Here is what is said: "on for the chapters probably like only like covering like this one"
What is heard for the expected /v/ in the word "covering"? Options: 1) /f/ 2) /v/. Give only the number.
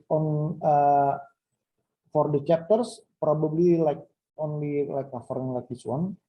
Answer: 1